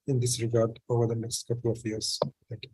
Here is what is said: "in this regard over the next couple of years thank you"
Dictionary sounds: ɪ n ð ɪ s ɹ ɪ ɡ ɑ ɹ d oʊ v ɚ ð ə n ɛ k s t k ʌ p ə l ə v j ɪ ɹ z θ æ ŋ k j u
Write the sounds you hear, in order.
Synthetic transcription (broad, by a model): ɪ n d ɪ s ɹ ɪ ɡ ɑ ɹ d oʊ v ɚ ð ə n ɛ k s t k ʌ p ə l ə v j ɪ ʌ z t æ k